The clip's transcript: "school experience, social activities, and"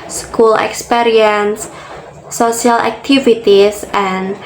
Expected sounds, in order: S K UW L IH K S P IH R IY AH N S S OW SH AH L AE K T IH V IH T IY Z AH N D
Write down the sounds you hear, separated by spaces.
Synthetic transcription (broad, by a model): S K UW L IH K S P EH R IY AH N S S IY AH L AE K T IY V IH T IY S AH N